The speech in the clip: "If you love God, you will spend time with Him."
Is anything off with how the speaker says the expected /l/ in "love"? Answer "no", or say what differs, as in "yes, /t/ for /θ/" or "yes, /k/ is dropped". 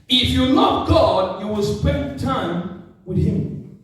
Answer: yes, /n/ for /l/